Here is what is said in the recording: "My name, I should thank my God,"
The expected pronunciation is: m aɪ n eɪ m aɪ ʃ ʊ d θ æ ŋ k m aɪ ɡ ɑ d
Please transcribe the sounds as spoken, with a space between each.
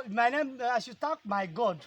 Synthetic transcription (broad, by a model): m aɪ n eɪ m aɪ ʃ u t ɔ k m aɪ ɡ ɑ d